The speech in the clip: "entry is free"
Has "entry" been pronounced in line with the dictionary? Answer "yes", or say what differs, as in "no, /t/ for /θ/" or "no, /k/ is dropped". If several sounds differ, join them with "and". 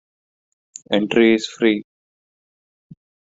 yes